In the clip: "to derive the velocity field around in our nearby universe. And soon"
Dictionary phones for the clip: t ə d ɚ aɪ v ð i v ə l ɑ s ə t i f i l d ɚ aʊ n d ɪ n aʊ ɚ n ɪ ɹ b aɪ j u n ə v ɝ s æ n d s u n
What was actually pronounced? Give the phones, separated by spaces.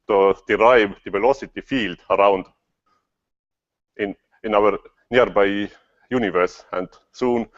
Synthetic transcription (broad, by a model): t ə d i aɪ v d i p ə l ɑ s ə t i f i l d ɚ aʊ n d ɪ n aʊ ɚ n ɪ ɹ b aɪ j u n ə v ɝ s æ n d s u n